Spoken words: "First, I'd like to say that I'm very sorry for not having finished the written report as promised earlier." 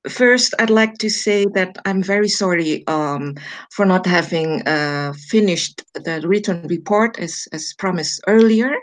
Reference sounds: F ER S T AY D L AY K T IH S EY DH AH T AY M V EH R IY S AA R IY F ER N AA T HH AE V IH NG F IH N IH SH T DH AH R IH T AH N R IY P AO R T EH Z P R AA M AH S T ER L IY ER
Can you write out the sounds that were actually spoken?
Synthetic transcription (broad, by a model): F ER S T AY D L AY K T IH S EY DH AH T AY M V EH R IY S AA R IY F ER N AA T HH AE V IH NG F IH N IH SH T DH AH R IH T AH N R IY P AO R T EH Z P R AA M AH S ER L IY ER